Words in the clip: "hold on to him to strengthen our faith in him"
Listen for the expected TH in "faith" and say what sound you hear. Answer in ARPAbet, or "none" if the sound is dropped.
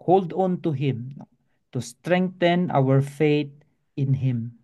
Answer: T